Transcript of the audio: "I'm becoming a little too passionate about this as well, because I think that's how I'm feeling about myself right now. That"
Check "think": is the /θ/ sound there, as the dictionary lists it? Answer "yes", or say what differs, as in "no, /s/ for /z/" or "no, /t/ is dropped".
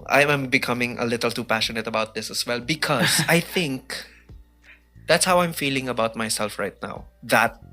yes